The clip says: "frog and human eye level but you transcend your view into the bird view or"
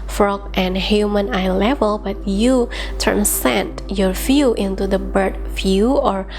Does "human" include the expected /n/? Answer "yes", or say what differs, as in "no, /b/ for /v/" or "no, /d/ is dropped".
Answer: yes